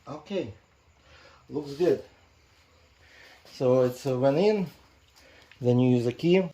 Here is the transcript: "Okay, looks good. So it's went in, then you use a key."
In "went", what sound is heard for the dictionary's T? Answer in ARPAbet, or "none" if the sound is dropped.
none